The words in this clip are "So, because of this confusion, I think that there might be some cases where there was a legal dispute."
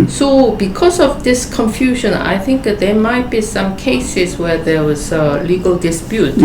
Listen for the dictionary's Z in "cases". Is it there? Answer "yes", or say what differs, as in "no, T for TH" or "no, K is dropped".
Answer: no, S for Z